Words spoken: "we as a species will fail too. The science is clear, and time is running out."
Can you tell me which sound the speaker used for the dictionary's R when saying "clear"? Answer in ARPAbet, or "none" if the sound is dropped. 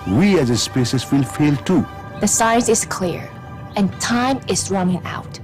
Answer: R